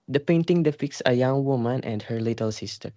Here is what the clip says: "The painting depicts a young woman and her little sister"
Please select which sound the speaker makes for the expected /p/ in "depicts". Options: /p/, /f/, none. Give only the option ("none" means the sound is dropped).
/f/